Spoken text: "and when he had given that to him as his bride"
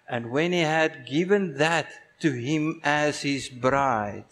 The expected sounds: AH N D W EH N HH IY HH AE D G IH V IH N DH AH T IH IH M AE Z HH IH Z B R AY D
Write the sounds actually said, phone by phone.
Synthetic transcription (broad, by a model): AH N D W EH N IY HH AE D G IH V IH N DH AH T IH IH M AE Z HH IH Z B R AY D